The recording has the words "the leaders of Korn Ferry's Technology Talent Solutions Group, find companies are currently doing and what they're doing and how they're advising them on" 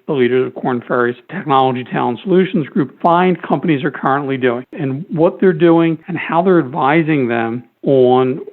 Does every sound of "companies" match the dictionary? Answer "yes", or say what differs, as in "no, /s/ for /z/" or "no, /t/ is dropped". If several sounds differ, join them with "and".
yes